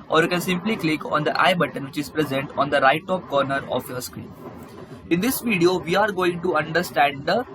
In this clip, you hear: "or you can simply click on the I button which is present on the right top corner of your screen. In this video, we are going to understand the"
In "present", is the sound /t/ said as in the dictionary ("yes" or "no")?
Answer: yes